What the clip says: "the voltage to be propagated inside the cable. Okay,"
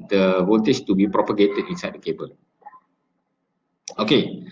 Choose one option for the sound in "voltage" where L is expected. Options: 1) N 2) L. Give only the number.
1